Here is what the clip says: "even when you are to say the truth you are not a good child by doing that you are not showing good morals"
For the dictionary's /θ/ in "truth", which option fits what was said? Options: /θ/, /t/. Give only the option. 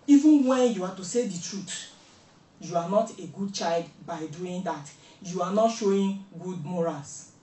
/t/